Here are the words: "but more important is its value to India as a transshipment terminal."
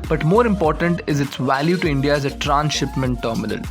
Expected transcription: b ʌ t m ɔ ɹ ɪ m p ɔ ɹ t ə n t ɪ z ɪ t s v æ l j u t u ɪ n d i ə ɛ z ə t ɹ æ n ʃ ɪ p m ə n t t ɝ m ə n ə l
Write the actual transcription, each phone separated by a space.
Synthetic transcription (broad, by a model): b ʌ t m ɔ ɹ ɪ m p ɔ ɹ t ə n t ɪ z ɪ t s v æ l j u t u ɪ n d i ə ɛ z ə t ɹ æ n ʃ ɪ p m ə n t t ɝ m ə n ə l